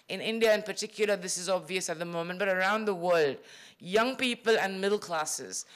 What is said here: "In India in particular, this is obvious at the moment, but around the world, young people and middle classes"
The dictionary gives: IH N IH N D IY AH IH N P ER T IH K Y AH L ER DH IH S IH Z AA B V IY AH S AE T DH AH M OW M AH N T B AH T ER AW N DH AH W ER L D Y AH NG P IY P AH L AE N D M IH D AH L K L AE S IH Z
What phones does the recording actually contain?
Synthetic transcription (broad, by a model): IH N IH N D IY AH IH N P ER T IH K Y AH L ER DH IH S IH Z AA B V IY AH S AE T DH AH M OW M AH N T B AH T ER AW N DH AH W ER L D Y AH NG P IY P AH L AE N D M IH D L K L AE S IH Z